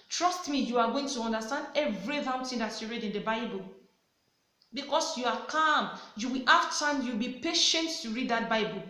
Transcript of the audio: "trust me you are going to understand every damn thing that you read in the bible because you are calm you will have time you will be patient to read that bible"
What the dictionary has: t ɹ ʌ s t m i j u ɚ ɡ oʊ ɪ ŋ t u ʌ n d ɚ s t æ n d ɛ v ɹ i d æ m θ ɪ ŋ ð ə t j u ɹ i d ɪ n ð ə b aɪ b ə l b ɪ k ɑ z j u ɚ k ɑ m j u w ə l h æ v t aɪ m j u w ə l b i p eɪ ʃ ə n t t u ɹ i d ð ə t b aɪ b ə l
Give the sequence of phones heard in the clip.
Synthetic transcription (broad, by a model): t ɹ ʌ s t m i j u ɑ ɡ oʊ ɪ ŋ t u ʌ n d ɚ s t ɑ n d ɛ v ɹ i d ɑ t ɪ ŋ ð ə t j u ɹ i d ɪ n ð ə b aɪ b ə l b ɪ k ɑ s j u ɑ k ɑ m j u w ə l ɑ f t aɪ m j u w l b i p eɪ ʃ ə n t t u ɹ i d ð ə t b aɪ b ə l